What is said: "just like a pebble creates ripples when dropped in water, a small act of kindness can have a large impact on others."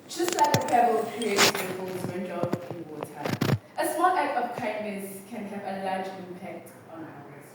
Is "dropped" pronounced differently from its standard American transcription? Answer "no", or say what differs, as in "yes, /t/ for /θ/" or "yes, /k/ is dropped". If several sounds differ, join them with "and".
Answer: yes, /ɹ/ is dropped